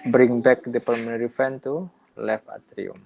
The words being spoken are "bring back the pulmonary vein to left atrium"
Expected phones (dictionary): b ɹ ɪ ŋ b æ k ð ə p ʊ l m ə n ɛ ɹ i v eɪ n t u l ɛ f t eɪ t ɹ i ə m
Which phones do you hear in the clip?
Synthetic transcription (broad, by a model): b ɹ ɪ ŋ b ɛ k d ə p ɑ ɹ m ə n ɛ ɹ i f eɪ n t u l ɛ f ɑ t ɹ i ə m